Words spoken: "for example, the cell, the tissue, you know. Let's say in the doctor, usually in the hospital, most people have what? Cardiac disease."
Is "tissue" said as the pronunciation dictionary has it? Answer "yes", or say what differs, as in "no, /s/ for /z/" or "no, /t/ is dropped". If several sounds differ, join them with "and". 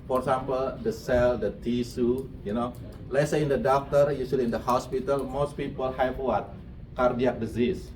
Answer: no, /s/ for /ʃ/